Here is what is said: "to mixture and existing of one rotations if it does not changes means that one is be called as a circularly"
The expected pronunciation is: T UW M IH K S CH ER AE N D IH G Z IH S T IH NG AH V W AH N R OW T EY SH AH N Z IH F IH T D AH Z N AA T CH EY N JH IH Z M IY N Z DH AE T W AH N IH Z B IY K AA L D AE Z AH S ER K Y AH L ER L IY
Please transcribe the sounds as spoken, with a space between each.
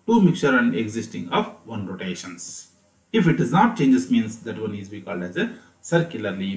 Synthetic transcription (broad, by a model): T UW M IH K CH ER AE N D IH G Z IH S T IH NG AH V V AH N R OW T EY SH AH N S IH F IH T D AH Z N AA T CH EY N JH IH S M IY N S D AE T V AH N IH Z B IY K AA L D AE Z AH S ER K Y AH L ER L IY